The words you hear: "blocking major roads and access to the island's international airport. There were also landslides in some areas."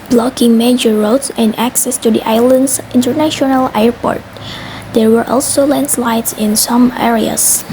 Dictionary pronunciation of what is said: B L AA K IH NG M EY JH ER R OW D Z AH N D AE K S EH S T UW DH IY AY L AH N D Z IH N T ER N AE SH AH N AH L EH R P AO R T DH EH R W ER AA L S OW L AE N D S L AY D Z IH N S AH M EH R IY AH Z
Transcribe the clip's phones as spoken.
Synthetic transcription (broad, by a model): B L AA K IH NG M EY JH ER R OW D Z AH N D AE K S EH S T UW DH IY AY L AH N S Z IH N T ER N AE SH AH N AH L EH R P AO R T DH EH R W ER AA L S OW L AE N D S L AY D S IH N S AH M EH R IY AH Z